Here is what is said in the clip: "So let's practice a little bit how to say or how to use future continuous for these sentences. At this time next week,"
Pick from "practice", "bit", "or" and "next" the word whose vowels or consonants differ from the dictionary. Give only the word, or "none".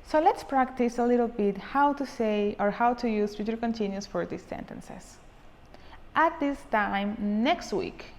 none